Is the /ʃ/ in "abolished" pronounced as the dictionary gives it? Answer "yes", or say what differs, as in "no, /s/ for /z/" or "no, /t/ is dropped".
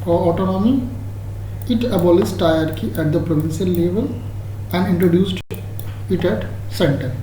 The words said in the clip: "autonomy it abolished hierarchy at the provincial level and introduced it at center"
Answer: no, /s/ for /ʃ/